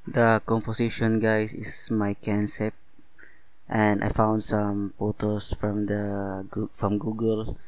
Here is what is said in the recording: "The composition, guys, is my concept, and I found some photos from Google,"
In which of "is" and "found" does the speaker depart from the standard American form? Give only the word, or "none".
is